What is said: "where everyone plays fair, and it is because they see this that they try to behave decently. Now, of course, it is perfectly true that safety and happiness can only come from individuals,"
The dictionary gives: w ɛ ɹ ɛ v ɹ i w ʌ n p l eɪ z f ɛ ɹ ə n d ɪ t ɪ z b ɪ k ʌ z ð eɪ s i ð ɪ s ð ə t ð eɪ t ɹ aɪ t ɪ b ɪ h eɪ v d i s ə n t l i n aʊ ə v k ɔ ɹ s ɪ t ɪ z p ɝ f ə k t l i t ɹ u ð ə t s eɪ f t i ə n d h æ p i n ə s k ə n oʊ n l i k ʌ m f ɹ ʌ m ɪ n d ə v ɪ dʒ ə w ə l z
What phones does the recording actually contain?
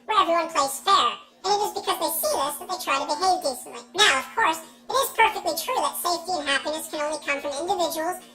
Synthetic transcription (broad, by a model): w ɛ ɹ ɛ v ɹ i w ʌ n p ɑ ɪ s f ɛ ɹ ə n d ɪ t ɪ z b ɪ k ʌ z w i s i ð ɪ s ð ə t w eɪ t ɹ aɪ t ɪ b ɪ h eɪ v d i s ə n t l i n aʊ ə v k ɔ ɹ s ɪ t ɪ z p ɝ f ə k t l i t ɹ u ð ə t s eɪ f t i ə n h æ p i n ə s k ə n oʊ n l i k ʌ m f ɹ ʌ m ɪ n d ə v ɪ dʒ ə w l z